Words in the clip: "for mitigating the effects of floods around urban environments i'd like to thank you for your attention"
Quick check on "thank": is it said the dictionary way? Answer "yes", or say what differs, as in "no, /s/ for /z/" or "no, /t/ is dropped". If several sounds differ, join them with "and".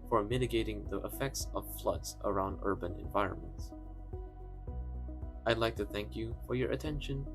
yes